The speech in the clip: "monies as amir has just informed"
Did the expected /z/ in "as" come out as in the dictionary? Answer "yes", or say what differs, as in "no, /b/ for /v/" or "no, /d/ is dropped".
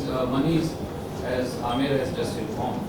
yes